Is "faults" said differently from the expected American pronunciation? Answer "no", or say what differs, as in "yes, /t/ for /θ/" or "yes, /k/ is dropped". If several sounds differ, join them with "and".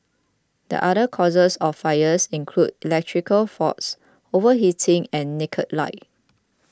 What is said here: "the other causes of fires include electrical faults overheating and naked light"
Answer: yes, /l/ is dropped